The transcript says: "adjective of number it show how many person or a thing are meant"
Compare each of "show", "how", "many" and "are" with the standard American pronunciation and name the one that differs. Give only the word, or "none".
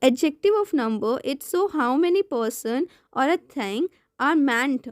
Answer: show